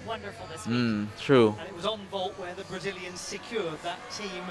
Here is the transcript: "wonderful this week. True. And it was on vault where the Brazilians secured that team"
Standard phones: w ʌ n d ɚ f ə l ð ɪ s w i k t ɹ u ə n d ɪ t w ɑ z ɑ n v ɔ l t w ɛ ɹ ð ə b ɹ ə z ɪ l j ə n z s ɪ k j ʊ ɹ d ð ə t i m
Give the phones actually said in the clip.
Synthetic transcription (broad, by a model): w ʌ n d ɚ f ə l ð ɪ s t ɹ u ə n ɪ t w ɑ z n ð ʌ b t w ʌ ɹ ð ə b ɹ ə z ɪ l j ə n z s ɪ k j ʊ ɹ d ð ə t i m